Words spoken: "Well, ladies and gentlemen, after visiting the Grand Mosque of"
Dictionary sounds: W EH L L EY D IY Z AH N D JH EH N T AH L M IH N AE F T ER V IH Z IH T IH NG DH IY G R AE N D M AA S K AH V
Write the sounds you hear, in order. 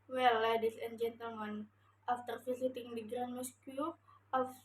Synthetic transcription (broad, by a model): W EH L L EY D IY S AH N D JH EH N T AH L M IH N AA F T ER F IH S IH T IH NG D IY G R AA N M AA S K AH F